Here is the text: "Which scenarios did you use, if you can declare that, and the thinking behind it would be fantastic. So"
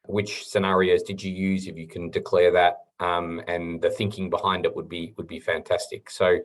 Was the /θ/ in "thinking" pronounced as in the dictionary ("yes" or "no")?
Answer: yes